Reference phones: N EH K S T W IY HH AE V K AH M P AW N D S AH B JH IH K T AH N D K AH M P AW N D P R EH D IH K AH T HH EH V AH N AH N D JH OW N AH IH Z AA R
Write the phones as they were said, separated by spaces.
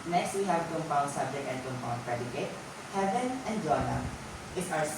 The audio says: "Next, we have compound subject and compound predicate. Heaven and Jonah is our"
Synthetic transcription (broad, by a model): N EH K S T W IY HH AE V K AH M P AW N S AH B JH IH K T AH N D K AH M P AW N P R EH D IH K AH T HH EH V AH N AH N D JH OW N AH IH S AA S